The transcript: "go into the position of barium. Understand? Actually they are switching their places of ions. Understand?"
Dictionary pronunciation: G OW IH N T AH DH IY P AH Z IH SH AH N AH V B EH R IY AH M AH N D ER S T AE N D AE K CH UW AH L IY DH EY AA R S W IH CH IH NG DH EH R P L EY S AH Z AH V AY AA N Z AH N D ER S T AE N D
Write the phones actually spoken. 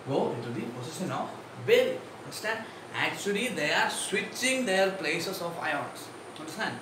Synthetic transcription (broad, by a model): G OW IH T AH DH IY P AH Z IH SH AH N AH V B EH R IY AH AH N D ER S T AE N D AE K CH UW AH L IY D EY AA R S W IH CH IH NG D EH R P L EY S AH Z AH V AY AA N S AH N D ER S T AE N D